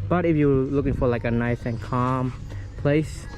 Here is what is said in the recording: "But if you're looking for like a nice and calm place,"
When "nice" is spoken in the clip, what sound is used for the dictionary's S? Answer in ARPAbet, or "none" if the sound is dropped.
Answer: S